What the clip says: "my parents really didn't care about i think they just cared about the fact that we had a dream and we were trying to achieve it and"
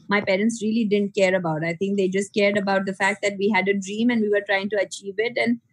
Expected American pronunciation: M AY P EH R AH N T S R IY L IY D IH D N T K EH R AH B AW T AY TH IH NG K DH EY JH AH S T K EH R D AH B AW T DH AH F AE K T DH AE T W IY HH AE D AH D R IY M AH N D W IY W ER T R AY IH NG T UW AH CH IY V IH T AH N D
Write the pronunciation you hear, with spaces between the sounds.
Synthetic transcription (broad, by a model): M AY P EH R AH N T S R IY L IY D IH D N T K EH R AH B AW T AY T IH NG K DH EY JH AH S T K EH R D AH B AW T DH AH F AE K T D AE T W IY HH AE D AH D R IY M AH N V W IY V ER T R AY IH NG T UW AH CH IY V IH T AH N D